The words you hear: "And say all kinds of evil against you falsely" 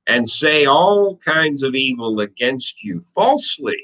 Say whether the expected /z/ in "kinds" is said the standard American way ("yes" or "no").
yes